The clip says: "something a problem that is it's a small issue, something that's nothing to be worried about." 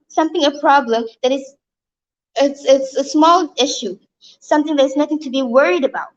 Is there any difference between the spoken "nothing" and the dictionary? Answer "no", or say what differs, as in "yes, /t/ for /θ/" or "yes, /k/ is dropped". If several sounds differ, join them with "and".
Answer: no